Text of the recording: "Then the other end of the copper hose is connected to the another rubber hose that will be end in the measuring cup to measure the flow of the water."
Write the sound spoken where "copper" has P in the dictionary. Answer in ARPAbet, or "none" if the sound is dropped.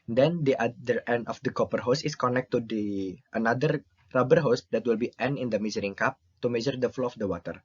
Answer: P